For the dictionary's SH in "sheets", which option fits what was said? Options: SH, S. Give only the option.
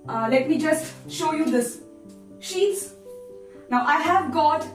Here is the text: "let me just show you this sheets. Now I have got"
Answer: SH